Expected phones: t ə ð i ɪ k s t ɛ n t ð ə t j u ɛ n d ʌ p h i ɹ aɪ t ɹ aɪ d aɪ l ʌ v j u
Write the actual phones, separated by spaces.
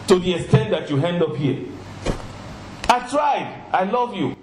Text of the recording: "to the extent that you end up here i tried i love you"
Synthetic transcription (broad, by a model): t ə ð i ɪ k s t ɛ n t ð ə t j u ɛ n d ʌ p h i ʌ aɪ t ɹ aɪ d aɪ l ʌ v j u